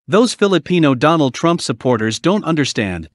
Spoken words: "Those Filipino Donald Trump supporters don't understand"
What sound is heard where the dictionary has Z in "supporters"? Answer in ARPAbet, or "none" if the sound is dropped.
Z